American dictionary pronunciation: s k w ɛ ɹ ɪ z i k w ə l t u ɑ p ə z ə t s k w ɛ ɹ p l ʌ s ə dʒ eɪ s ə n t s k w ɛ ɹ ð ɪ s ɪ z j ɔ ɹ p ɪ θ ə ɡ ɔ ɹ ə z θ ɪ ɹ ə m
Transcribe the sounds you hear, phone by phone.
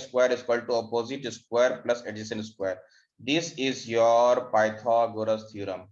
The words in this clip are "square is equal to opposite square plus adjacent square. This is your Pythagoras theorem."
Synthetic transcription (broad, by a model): s k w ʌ ɹ ɪ z k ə l t u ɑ p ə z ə t s k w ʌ ɹ p l ʌ s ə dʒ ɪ ʃ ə n s k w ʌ ɹ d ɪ s ɪ z j ɔ ɹ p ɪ t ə ɡ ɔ ɹ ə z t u ɹ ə m